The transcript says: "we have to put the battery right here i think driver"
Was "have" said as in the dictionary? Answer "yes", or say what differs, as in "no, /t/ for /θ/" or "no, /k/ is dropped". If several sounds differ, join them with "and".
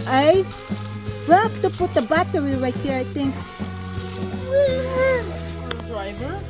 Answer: no, /p/ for /v/